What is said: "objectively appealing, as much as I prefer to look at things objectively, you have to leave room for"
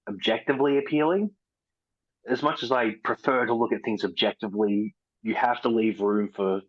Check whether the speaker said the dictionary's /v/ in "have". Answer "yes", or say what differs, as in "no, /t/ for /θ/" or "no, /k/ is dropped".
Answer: no, /f/ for /v/